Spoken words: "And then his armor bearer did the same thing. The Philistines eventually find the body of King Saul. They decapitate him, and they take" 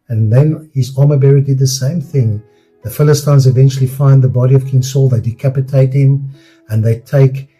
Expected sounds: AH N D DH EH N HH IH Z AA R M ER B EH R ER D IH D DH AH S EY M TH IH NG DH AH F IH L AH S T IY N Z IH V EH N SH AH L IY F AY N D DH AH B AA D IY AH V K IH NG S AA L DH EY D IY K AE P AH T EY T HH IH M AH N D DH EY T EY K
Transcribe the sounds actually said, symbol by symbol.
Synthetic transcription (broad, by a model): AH N DH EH N HH IH Z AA M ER B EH R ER D IH D DH AH S EY M TH IH NG DH AH F IH L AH S T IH N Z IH V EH N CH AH L IY F AY N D DH AH B AA D IY AH V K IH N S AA L DH EY D IY K AE P AH T EY T HH IH M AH N DH EY T EY K